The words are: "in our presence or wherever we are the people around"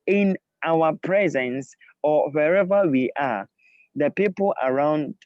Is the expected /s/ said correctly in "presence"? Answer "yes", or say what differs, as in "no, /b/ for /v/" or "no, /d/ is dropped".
yes